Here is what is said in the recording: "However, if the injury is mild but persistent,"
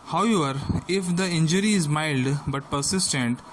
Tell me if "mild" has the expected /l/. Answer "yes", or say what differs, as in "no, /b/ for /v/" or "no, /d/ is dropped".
yes